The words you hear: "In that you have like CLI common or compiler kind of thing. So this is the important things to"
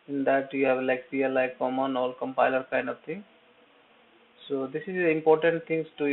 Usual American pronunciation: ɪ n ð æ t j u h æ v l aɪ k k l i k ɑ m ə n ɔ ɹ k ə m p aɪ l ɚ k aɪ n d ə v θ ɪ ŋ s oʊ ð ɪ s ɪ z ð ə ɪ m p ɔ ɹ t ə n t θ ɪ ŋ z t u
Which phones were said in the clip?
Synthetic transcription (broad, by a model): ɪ n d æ t j u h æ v l aɪ k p l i k ɑ m ə n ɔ l k ə m p aɪ l ɚ k aɪ n d ə v t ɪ ŋ s oʊ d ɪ s ɪ z ɪ m p ɔ ɹ t ə n t t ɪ ŋ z t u